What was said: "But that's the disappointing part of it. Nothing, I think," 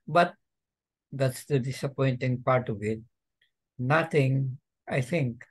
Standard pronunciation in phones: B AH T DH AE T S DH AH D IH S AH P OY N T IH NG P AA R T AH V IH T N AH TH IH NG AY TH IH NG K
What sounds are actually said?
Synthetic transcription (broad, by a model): B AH T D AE T S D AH D IH S AH P OY N T IH NG P AA R T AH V IH T N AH T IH NG AY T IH NG K